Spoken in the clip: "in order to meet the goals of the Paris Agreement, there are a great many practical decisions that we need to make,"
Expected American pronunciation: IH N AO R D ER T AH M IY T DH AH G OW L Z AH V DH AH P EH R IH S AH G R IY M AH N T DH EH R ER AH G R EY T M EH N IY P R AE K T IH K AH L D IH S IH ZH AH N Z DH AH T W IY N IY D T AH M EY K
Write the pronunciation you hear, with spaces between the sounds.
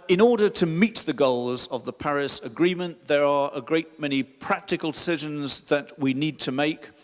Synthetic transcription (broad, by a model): IH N AO R D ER T AH M IY T DH AH G OW L Z AH V DH AH P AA R IH S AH G R IY M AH N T DH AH R ER AH G R EY T M EH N IY P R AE K T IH K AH L D IH S IH ZH AH N Z DH AH T W IY N IY D T AH M EY K